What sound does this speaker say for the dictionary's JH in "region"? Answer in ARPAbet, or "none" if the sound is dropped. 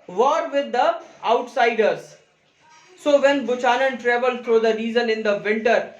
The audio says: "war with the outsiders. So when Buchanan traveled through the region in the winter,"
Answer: Z